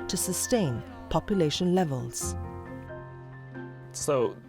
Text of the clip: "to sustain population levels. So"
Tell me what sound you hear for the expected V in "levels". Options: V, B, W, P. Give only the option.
V